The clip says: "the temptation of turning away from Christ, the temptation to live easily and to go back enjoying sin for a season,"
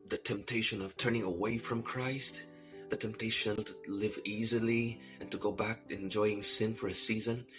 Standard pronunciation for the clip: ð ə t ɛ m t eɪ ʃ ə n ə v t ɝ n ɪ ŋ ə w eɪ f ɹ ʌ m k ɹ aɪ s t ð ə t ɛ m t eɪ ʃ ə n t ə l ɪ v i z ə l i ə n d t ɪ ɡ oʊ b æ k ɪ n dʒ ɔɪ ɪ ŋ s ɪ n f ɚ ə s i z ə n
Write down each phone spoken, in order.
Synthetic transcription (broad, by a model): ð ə t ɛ m t eɪ ʃ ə n ə v t ɝ n ɪ ŋ ə w eɪ f ɹ ʌ m k ɹ aɪ s t ð ə t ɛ m t eɪ ʃ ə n t ə l ɪ v i z ə l i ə n t ɪ ɡ oʊ b æ k ɪ n dʒ ɔɪ ɪ ŋ s ɪ n f ɚ ə s i z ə n